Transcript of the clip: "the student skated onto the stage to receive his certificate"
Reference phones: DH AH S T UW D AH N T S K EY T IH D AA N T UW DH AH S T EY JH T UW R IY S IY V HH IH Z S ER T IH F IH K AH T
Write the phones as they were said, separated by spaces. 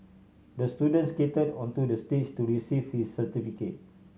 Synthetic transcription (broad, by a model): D AH S T UW D AH N T S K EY T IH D AA N T UW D AH S T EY CH T UW R IY S IY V HH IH S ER T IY F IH K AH T